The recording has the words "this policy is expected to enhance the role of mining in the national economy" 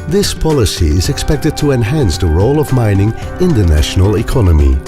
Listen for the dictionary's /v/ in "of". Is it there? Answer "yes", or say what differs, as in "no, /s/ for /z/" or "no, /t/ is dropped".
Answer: yes